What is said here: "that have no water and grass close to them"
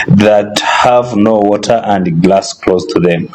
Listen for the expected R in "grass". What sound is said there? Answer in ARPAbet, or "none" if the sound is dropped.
L